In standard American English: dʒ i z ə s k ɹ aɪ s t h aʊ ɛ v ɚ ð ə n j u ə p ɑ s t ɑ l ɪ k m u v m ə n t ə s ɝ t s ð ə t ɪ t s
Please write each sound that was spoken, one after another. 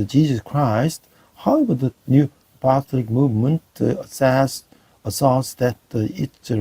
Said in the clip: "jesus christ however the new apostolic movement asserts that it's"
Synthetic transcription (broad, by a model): dʒ i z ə s k ɹ aɪ s t h aʊ ɛ v ɚ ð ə n j u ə p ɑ s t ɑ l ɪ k m u v m ə n t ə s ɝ s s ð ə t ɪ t